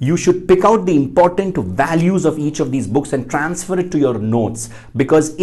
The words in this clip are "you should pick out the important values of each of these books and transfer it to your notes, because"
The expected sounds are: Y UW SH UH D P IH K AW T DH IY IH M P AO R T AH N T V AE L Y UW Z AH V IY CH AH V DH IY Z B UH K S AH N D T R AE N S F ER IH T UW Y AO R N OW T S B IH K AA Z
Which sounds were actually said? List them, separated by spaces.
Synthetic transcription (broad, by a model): Y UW SH UH D P IH K AW T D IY IH M P AO R T AH N T V AE L Y UW Z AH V IY CH AH V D IY Z B UH K S AH N D T R AE N S F ER IH T UW Y AO R N OW T S B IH K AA Z